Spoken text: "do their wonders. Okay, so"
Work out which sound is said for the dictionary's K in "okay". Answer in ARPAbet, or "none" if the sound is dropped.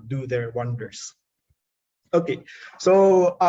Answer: K